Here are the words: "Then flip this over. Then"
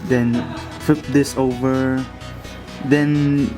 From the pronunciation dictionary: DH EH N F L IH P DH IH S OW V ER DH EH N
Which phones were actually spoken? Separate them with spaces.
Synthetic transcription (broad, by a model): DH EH N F IH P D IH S OW V ER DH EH N